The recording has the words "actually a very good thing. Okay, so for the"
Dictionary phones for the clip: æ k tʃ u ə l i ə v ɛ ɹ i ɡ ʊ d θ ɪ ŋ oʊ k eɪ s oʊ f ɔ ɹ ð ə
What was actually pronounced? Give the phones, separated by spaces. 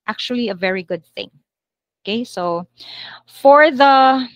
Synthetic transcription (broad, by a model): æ k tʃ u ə l i ə v ɛ ɹ i ɡ ʊ d θ ɪ ŋ oʊ k eɪ s oʊ f ɔ ɹ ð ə